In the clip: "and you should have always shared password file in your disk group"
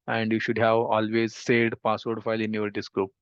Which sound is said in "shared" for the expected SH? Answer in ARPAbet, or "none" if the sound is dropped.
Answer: S